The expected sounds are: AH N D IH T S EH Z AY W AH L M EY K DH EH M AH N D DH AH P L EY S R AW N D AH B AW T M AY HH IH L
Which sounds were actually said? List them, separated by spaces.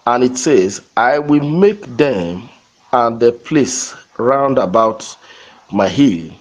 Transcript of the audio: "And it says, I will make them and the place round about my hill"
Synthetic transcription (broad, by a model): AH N IH T S EH Z AY W AH L M EY K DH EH M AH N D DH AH P L EY S R AW N D AH B AW T M AY HH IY L